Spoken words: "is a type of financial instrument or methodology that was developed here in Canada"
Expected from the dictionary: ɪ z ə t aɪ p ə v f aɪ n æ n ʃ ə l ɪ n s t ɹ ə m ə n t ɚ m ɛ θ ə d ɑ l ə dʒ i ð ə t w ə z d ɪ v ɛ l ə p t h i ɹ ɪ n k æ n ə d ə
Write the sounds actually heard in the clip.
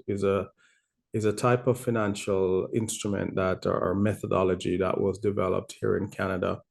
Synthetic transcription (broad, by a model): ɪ z ə t aɪ p ə v f aɪ n æ n ʃ ə l ɪ n s t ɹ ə m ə n t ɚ m ɛ θ ə d ɑ l ə dʒ i ð ə t w ə z d ɪ v ɛ l ə p t h i ɹ ɪ n k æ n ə d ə